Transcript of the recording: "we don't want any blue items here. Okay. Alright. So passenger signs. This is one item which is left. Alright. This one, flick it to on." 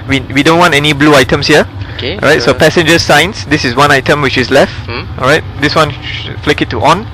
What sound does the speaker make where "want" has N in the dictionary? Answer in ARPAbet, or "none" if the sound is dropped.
N